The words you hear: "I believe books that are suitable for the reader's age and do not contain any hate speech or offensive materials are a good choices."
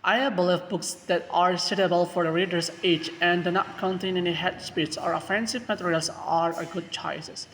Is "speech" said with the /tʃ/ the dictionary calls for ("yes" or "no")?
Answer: no